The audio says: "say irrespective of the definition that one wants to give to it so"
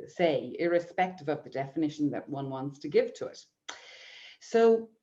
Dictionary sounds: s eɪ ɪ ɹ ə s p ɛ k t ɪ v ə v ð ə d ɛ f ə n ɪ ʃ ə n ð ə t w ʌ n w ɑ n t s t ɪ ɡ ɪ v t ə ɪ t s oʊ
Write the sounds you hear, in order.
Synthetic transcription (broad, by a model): s eɪ ɪ ɹ ə s p ɛ k t ɪ v ə v ð ə d ɛ f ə n ɪ ʃ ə n ð ə t w ʌ n w ɑ n t s t ɪ ɡ ɪ v t ə ɪ t s oʊ